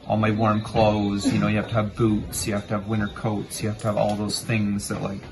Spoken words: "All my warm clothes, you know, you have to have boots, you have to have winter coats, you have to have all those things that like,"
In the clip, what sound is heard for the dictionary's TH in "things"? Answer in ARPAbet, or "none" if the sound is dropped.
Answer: TH